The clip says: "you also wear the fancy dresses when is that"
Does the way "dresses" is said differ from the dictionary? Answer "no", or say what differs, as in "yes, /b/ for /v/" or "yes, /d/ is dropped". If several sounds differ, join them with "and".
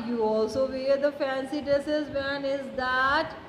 yes, /ɹ/ is dropped